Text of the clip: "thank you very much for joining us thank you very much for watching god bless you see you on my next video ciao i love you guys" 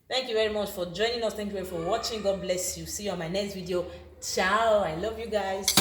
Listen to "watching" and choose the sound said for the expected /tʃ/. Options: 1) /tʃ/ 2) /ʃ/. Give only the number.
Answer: 1